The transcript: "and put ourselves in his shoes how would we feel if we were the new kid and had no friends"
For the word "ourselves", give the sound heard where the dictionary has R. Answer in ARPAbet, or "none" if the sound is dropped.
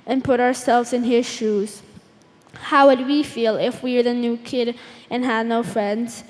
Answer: R